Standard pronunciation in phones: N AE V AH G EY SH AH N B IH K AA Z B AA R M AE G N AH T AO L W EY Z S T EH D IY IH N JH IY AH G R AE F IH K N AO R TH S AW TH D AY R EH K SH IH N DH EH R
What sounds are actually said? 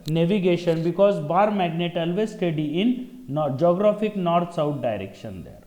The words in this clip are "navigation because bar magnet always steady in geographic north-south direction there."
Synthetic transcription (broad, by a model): N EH V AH G EY SH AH N B IH K AA Z B AA R M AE G N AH T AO L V EY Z S T EH D IY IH N JH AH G R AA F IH K N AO R T S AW T D AY R EH K SH IH N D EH R